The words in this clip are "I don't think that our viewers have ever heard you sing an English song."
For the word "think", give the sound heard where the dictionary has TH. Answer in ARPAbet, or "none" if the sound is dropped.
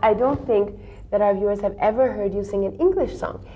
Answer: TH